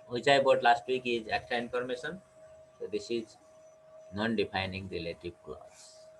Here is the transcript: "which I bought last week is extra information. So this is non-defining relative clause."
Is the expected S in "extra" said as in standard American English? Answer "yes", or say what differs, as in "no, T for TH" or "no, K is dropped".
no, S is dropped